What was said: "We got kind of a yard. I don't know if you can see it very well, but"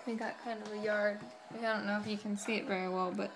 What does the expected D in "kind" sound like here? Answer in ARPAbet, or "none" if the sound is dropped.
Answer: D